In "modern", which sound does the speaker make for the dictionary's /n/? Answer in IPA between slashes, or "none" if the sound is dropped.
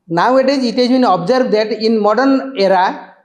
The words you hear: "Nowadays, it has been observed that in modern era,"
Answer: /n/